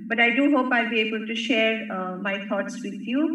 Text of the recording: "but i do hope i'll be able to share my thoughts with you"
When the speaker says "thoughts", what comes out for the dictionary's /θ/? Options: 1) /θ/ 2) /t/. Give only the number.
2